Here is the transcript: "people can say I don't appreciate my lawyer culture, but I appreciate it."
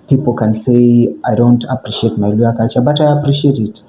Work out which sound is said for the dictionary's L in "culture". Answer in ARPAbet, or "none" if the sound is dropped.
none